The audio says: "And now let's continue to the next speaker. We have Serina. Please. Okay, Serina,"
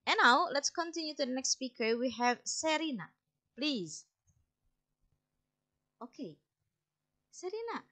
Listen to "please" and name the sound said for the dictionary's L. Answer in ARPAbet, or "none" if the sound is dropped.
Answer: L